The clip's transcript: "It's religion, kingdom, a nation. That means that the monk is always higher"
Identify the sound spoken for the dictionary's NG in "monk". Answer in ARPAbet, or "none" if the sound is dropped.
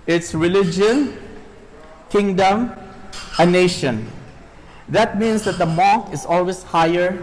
none